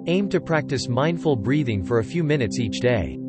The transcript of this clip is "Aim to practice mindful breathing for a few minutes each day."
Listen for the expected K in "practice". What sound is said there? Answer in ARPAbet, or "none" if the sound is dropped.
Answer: K